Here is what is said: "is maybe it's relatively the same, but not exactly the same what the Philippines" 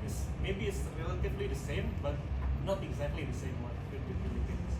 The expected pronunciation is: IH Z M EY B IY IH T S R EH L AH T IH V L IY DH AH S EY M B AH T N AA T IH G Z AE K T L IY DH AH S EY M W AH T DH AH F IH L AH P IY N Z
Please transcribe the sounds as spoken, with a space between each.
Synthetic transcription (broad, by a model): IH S M EY B IY IH T S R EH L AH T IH B L IY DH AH S EY M B AH T N AA T IH G Z AE K T L IY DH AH S EY M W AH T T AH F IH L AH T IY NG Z